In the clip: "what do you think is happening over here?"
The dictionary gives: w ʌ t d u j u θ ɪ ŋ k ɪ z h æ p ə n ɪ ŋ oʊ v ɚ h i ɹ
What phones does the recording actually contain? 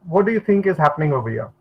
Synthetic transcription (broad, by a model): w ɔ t d u j u t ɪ ŋ k ɪ z h æ p ə n ɪ ŋ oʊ b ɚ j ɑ